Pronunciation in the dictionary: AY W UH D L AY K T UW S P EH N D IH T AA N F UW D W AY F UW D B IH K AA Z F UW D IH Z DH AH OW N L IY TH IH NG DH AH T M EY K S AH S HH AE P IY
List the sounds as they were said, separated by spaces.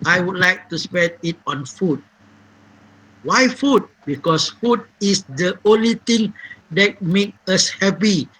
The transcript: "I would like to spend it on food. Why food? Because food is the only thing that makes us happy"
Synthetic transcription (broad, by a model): AY W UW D L AY K T UW S P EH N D IH T AA N F UW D W AY F UW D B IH K AA S F UW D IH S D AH OW N L IY T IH NG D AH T M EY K AH S HH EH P IY